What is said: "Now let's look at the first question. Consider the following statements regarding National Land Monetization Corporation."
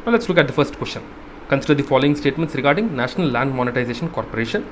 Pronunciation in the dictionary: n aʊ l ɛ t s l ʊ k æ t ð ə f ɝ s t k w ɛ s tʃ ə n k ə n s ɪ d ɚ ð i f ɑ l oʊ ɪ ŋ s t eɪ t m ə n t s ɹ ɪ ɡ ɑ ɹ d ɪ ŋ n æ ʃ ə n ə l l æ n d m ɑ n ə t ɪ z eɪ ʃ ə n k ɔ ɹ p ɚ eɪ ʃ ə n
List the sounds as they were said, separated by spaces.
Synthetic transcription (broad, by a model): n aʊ l ɛ t s l ʊ k æ t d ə f ɝ s t k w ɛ s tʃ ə n k ə n s ɪ d ɚ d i f ɑ l oʊ ɪ ŋ s t eɪ t m ə n t s ɹ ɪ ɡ ɑ ɹ d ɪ ŋ n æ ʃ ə n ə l l æ n d m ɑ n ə t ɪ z eɪ ʃ ə n k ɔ ɹ p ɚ eɪ ʃ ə n